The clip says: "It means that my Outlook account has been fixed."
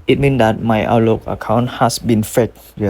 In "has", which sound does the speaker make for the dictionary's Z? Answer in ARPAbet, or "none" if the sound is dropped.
S